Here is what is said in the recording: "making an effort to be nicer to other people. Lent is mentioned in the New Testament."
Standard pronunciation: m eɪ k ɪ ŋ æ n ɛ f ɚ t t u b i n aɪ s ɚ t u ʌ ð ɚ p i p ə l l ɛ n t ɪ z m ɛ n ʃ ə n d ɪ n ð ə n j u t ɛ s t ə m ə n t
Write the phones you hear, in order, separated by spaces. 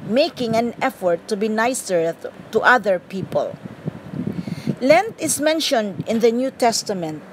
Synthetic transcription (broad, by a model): m eɪ k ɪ ŋ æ n ɛ f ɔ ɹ t u b i n aɪ s ɚ t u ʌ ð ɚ p i p ə l l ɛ n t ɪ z m ɛ n ʃ ə n d ɪ n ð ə n j u t ɛ s t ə m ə n t